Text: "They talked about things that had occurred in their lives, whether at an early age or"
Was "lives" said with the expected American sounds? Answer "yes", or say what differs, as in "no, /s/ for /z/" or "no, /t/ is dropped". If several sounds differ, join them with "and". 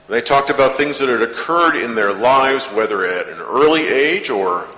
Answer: yes